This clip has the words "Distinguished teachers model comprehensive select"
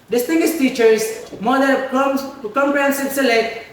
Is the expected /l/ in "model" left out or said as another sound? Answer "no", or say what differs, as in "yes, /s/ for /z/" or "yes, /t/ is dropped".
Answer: yes, /n/ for /l/